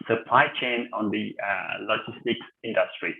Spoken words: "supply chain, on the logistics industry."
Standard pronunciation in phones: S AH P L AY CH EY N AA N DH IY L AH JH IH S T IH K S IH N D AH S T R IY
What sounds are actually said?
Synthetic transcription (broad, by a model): S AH P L AY CH EY N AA N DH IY L AH JH IH S T IH K S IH N D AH S T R IY